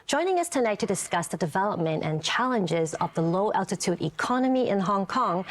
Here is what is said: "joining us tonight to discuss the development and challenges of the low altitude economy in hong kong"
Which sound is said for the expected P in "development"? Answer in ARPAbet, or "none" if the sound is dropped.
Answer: P